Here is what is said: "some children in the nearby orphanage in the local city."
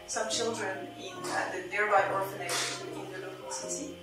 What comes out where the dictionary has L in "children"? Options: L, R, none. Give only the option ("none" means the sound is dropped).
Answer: L